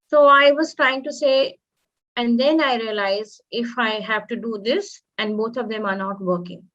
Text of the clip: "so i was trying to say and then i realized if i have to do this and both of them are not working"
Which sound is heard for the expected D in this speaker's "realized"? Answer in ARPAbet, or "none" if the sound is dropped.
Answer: none